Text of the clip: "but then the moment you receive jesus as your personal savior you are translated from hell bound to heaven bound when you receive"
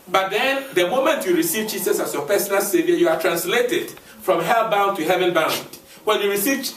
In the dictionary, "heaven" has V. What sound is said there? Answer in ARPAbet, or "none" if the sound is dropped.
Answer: V